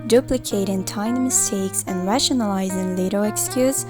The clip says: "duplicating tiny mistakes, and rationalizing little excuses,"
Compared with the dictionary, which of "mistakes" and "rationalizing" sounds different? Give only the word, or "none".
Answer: none